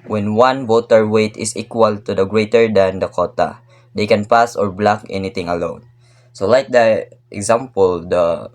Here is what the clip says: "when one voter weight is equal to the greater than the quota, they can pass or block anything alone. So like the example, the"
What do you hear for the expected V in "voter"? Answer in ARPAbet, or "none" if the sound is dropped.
B